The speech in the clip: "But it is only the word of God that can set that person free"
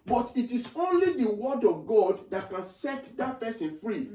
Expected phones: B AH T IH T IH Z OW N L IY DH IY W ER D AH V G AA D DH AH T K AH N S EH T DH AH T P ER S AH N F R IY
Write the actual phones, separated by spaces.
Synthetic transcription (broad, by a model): B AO T IH T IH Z OW N L IY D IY W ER D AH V G AA D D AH T K AH N S EH T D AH T P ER S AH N F R IY